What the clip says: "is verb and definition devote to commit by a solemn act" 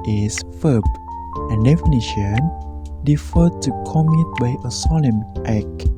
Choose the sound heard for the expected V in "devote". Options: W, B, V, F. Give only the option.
F